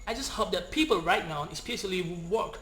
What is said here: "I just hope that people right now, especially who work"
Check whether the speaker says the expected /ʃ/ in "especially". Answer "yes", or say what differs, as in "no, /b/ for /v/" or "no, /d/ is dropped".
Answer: no, /s/ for /ʃ/